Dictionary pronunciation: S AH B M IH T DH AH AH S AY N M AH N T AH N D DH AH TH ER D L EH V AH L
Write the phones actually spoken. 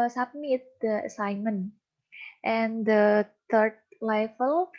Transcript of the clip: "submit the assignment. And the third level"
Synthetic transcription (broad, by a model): S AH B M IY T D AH AH S AY N M AH N T AH N D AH T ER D L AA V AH L